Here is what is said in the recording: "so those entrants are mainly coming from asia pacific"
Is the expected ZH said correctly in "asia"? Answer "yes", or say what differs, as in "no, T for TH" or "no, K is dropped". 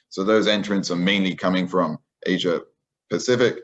yes